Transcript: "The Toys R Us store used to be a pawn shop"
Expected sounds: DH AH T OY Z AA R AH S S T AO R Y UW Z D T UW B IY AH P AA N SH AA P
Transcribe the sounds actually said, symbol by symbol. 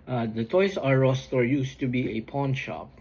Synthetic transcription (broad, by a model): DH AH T OY S AA R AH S S T AO R Y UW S T UW B IY AH P AA N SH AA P